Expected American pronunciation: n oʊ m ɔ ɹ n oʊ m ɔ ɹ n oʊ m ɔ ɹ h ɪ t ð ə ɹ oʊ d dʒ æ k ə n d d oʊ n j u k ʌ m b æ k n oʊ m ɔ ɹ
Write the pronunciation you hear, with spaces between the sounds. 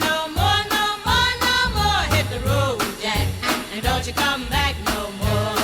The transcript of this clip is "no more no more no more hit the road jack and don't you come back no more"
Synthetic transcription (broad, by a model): n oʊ m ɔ n oʊ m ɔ n oʊ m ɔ h ɪ t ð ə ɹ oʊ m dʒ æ ə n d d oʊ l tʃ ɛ k ʌ m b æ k n oʊ m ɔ